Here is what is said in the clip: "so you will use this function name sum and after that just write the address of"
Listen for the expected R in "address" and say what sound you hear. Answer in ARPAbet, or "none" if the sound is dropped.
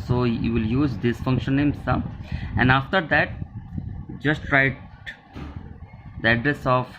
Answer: R